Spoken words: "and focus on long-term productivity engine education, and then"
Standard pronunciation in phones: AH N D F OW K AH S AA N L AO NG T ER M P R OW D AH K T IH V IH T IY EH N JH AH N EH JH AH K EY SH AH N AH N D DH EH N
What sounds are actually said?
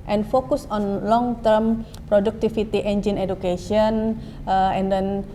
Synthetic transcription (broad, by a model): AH N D F OW K AH S AA N L AO NG T ER M P R OW D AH K T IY F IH T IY EH N JH AH N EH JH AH K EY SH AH N AH N D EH N